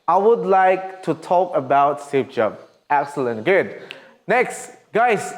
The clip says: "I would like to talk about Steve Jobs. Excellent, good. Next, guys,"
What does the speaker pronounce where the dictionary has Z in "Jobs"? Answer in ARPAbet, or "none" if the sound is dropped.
none